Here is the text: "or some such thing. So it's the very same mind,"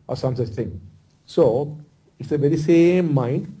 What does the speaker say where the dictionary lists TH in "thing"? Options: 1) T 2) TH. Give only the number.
1